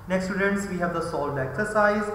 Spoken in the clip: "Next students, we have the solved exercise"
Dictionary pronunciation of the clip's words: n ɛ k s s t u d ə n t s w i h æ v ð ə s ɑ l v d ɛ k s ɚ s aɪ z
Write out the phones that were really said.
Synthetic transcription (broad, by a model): n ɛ k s s t u d ə n t s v i h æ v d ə s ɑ l d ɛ k s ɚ s aɪ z